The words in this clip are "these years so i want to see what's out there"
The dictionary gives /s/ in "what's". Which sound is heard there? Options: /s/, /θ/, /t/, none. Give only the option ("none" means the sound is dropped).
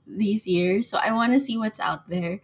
/s/